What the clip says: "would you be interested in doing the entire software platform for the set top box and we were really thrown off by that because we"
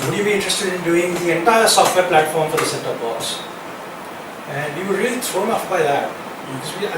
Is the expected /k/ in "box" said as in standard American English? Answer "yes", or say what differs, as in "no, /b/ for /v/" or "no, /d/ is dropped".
no, /k/ is dropped